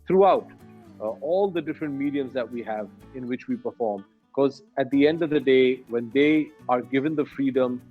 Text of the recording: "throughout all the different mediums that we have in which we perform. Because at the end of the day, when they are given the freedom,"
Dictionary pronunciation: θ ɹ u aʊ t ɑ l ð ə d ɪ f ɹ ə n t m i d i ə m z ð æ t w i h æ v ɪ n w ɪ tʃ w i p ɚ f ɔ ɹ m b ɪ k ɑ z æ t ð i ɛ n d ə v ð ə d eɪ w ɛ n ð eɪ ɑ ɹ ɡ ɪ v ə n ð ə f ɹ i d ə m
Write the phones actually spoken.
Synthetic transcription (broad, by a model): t ɹ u aʊ t ɑ l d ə d ɪ f ɹ ə n t m i d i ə m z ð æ t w i h æ v ɪ n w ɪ tʃ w i p ɚ f ɔ ɹ m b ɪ k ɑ z æ t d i ɛ n d ə v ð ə d eɪ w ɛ n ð eɪ ɑ ɹ ɡ ɪ v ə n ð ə f ɹ i d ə m